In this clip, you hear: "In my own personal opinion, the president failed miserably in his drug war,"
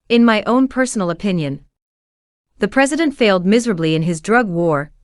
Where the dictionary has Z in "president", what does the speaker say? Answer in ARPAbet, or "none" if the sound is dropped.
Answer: Z